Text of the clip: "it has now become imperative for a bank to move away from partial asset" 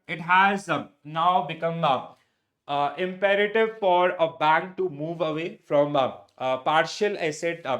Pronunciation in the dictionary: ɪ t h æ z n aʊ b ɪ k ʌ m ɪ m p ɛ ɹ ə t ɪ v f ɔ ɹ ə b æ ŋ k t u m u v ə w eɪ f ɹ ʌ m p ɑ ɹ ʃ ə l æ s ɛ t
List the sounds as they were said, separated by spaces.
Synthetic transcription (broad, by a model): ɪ t h æ z n aʊ b ɪ k ʌ m ɪ m p ɛ ɹ ə t ɪ v f ɔ ɹ ə b æ ŋ k t u m u v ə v eɪ f ɹ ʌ m p ɑ ɹ ʃ ə l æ s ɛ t